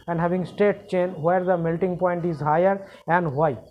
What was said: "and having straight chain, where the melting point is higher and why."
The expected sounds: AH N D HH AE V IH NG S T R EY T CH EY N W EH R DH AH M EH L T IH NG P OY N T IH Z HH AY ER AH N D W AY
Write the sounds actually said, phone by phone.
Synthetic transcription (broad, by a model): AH N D HH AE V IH NG S T EY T CH EY N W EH R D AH M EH L T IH NG P OY N T IH Z HH AY ER AH N D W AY